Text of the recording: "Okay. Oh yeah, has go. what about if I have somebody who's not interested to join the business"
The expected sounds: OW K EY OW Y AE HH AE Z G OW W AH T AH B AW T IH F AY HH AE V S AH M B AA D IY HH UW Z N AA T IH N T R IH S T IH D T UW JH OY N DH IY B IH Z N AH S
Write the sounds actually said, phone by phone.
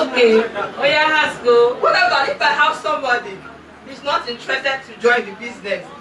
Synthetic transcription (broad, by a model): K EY OW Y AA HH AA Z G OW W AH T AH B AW IH F AY HH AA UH S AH M B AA D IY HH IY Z N AA T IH N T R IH S T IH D T UW JH OY N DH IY B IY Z N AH S